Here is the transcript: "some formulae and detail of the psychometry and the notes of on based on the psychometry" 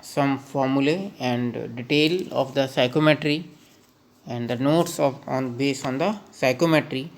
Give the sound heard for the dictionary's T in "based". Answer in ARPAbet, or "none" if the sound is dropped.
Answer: none